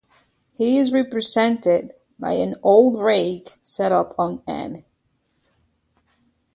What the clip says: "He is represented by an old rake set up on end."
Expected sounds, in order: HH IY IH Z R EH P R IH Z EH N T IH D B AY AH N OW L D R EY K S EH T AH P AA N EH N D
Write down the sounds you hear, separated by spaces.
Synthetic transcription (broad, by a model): HH IY IH Z R EH P R IH Z EH N T IH D B AY AH N OW L D R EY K S EH T AH P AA N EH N